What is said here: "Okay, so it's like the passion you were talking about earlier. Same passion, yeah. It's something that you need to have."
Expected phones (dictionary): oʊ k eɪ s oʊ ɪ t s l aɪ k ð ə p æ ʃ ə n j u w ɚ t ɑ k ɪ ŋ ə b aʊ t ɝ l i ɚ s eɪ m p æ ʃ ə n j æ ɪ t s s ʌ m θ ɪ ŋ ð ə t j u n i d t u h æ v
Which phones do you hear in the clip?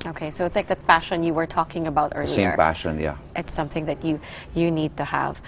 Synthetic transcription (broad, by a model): oʊ k eɪ s oʊ ɪ t s l aɪ k ð ə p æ ʃ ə n j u w ɚ t ɑ k ɪ ŋ ə b aʊ t ɝ l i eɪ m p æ ʃ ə n j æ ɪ t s s ʌ m θ ɪ ŋ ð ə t j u n i d t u h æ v